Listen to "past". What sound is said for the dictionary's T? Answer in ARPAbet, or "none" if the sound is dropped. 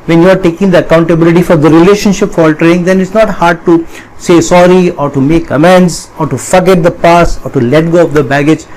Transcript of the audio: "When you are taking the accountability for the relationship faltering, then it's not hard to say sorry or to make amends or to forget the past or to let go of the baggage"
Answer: none